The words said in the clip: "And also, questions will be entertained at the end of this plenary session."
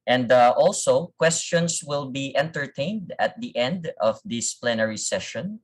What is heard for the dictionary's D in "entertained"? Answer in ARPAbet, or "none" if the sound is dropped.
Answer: D